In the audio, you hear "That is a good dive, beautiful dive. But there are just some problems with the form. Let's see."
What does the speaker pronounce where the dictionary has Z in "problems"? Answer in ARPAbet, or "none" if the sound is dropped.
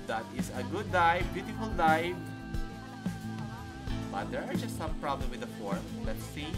none